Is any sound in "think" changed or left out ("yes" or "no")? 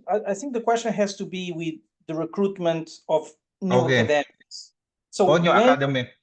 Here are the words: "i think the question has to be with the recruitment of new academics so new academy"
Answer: no